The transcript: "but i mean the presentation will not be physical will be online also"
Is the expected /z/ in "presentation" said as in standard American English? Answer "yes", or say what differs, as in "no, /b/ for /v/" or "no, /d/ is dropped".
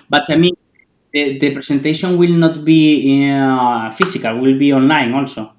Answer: no, /s/ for /z/